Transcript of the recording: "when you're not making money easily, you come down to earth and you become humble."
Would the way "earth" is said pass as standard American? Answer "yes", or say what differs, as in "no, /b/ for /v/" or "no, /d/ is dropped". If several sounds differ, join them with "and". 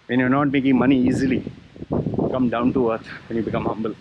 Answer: no, /t/ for /θ/